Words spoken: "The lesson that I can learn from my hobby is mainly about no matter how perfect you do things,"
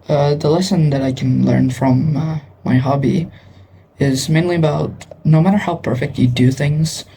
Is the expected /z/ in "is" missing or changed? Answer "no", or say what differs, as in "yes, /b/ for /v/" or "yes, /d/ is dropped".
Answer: no